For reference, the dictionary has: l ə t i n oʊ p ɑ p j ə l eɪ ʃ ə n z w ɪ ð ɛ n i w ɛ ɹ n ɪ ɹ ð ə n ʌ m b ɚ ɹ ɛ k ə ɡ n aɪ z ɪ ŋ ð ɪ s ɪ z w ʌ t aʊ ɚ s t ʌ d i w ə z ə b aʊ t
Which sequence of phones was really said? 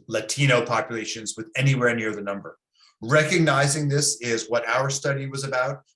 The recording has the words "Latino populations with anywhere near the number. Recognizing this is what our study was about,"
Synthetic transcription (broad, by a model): l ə t i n oʊ p ɑ p j ə l eɪ ʃ ə n z w ɪ ð ɛ n i w ɛ ɹ n ɪ ɹ ð ə n ʌ m b ɚ ɹ ɛ k ə ɡ n aɪ z ɪ ŋ ð ɪ s ɪ z w ʌ t aʊ ɚ s t ʌ d i w ə z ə b aʊ t